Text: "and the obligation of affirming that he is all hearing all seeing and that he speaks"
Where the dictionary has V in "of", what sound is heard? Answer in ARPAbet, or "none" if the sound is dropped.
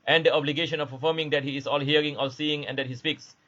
P